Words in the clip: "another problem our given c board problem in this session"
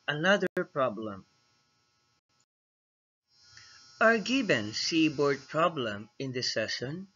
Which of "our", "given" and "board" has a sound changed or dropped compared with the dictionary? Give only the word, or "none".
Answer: given